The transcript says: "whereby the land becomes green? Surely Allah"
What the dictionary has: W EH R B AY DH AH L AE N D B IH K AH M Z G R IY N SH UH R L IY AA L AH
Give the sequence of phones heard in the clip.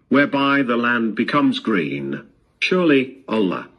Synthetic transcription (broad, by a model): W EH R B AY DH AH L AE N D B IH K AH M Z G R IY N SH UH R L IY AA L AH